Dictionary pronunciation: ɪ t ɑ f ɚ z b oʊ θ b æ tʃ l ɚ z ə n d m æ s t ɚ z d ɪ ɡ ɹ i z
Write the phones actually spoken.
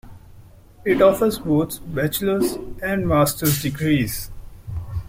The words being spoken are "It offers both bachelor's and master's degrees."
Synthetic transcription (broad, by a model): ɪ t ɑ f ɚ z b oʊ t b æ tʃ l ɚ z ə n d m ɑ s t ɚ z d ɪ ɡ ɹ i z